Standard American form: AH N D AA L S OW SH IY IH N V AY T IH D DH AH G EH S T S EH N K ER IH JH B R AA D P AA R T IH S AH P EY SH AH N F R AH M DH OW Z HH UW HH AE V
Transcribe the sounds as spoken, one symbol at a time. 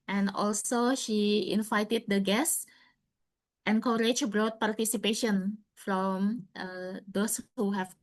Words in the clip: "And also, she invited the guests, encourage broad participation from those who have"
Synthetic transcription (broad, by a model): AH N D AA L S OW SH IY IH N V AY T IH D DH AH G EH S S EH N K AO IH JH B R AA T P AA R T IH S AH P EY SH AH N F R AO M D OW S HH UW HH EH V